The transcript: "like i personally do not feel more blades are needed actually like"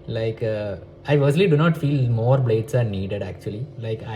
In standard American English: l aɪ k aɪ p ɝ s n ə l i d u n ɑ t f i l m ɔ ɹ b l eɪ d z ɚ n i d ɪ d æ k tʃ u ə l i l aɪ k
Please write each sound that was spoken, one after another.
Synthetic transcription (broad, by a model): l aɪ k aɪ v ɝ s ə l i d u n ɑ t f i l m ɔ ɹ b l eɪ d s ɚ n i d ɪ d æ k tʃ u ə l i l aɪ k